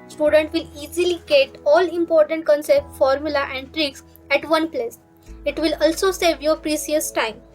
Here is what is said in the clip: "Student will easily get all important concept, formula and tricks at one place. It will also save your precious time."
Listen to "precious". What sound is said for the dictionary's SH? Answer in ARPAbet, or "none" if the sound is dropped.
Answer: S